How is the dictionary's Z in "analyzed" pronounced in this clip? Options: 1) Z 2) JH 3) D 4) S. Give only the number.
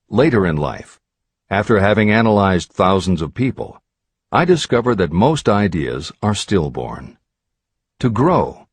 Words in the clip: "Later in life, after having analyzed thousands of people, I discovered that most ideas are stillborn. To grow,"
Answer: 1